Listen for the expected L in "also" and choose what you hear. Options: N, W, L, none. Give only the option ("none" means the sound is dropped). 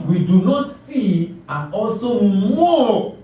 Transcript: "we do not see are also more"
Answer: none